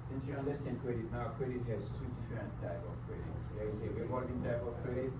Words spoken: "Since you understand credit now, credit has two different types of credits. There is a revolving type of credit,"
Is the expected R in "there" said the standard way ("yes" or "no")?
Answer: no